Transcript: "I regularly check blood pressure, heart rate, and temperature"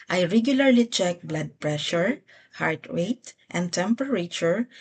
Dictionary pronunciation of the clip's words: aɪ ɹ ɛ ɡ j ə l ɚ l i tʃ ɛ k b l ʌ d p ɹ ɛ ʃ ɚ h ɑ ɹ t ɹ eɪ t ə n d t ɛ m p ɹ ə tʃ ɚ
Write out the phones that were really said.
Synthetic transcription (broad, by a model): aɪ ɹ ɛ ɡ j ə l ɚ l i tʃ ɛ k b l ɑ d p ɹ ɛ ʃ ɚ h ɑ ɹ t w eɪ t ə n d t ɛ m p ɹ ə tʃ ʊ